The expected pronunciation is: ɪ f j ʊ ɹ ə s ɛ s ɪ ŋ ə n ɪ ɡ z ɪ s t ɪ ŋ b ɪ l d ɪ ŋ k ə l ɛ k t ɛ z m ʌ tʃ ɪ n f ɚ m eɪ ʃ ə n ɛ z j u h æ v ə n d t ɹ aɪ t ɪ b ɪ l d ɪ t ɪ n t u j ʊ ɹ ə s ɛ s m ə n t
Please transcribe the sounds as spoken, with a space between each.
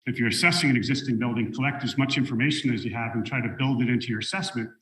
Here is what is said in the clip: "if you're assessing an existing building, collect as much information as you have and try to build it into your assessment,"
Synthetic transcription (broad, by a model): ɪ f j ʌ ɹ ə s ɛ s ɪ ŋ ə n ɪ ɡ z ɪ s t ɪ ŋ b ɪ l d ɪ ŋ k ə l ɛ k t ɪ z m ʌ tʃ ɪ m f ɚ m eɪ ʃ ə n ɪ z j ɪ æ v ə n t ɹ aɪ t ɪ b ɪ l d ɪ t ɪ n t u j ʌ ɹ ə s ɛ s m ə n t